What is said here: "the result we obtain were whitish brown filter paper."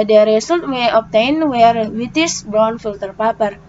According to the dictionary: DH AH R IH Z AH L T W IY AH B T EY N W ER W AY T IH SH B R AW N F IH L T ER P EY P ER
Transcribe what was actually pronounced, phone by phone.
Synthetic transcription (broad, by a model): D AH R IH S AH L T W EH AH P T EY N W ER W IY T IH S B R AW N F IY L T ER P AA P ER